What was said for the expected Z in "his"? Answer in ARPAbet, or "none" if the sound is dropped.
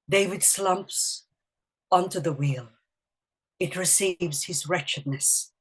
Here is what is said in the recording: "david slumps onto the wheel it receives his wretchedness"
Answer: Z